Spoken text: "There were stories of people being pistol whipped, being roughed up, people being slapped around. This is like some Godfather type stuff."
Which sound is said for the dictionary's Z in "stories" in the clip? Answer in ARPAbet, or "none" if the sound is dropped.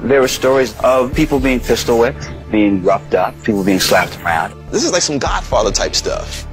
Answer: Z